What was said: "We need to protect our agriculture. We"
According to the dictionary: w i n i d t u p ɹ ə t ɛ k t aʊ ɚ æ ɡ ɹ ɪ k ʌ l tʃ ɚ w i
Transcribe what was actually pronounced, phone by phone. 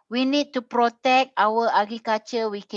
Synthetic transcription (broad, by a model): w i n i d t u p ɹ ə t ɛ k t aʊ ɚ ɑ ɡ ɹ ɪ k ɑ tʃ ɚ w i